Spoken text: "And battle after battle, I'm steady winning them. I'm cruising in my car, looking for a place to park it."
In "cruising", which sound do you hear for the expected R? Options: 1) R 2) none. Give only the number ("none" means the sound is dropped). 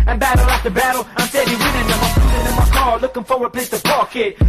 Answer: 2